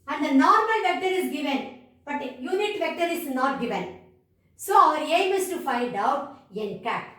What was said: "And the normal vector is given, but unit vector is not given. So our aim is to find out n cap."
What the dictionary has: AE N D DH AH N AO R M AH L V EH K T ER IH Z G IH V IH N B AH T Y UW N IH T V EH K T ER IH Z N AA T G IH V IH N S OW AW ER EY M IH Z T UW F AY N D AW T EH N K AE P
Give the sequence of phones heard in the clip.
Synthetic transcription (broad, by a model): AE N D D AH N AO R M AH L V EH K T ER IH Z G IH V IH N B AH T Y UW N IH T V EH K T ER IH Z N AA T G IH V IH N S OW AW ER EY M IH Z T UW F AY N D AW T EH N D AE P